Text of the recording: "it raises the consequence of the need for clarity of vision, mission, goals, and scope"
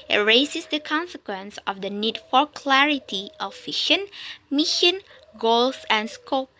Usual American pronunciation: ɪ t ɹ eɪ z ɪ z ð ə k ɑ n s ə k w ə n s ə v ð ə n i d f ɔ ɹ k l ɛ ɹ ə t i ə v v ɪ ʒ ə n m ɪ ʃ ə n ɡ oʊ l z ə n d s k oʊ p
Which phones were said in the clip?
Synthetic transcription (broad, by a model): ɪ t ɹ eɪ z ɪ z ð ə k ɑ n s ə k w ə n s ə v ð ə n i d f ɔ ɹ k l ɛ ɹ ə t i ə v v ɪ ʃ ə n m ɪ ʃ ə n ɡ oʊ l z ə n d s k oʊ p